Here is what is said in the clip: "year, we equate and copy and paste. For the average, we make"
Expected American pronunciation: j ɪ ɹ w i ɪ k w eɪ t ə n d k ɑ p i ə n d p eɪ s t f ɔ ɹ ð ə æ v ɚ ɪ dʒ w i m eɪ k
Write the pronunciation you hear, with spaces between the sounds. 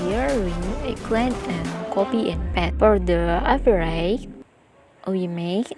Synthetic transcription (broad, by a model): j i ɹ w i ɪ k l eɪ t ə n k ɑ p i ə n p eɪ t f ɔ ɹ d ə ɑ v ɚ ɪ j w i m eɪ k